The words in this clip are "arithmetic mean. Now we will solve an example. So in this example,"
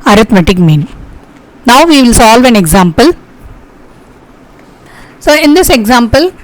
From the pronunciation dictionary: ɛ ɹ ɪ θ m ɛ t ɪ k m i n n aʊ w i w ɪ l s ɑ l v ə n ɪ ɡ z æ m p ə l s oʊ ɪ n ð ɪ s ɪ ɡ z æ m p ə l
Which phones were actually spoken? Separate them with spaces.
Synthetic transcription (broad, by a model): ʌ ɹ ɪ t m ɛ t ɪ k m i n n aʊ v i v ɪ l s ɑ l v ə n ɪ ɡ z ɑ m p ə l s oʊ ɪ n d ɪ s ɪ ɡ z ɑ m p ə l